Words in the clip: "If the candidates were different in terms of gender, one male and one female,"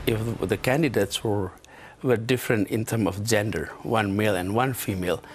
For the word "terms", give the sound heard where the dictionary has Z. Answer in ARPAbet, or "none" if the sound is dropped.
none